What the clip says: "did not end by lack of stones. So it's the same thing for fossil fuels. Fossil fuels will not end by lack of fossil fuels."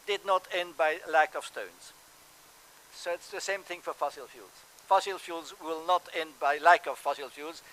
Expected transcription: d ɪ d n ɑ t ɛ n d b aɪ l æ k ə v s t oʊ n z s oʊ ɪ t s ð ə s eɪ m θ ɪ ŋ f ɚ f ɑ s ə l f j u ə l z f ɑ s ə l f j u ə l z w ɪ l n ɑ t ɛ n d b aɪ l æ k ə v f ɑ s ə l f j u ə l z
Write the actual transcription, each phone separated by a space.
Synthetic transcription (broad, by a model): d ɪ d n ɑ t ɛ n d b aɪ l æ k ə v s t oʊ n z s oʊ ɪ t s ð ə s eɪ m θ ɪ ŋ f ɚ f ɑ s ə l f j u l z f ɑ s ə l f j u l z w ɪ l n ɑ t ɛ n d b aɪ l æ k ə v f ɑ s ə l f j u l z